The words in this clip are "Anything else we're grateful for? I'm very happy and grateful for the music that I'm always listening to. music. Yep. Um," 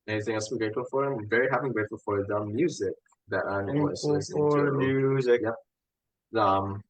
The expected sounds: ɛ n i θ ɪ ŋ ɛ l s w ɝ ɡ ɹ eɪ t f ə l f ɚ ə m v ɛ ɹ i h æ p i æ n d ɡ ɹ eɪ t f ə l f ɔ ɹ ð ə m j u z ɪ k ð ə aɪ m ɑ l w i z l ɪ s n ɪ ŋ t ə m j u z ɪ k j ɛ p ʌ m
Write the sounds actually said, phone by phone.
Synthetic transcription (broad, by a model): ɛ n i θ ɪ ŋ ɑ s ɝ ɡ ɹ eɪ t f ə l f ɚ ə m v ɛ ɹ i h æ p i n ɡ ɹ eɪ t f ə l f ɔ ɹ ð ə m j u z ɪ k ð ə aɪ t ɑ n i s ɪ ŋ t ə m j u z ɪ k j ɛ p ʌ m